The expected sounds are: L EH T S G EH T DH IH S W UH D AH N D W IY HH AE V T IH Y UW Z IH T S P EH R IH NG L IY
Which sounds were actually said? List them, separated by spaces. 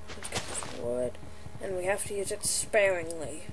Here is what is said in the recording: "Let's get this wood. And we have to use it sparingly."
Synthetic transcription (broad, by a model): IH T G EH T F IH W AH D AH N W IY HH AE F T IH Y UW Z IH T S P EH R IH NG L IY